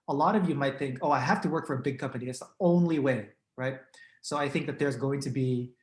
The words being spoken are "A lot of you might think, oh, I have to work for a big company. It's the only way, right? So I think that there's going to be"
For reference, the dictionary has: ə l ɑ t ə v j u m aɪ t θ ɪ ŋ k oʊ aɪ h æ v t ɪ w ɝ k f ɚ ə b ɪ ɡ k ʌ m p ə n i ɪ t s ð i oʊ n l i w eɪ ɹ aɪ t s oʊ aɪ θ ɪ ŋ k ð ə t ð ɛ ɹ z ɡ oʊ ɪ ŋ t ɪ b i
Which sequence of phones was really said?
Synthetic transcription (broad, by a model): ə l ɑ t ə v j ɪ m aɪ t θ ɪ ŋ k oʊ aɪ h æ f t ɪ w ɝ k f ɚ ə b ɪ ɡ k ʌ m p ə n i ɪ t s ð i oʊ n l i w eɪ ɹ aɪ t s oʊ aɪ θ ɪ ŋ k ð ə t ð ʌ ɹ z ɡ oʊ ɪ ŋ t ɪ b i